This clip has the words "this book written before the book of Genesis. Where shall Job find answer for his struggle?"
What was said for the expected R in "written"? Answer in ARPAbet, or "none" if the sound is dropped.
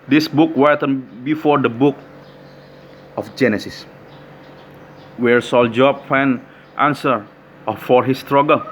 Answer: W